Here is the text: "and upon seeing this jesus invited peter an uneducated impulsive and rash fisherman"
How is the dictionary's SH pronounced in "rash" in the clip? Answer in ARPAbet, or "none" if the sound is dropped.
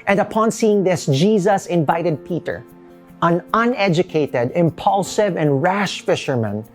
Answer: SH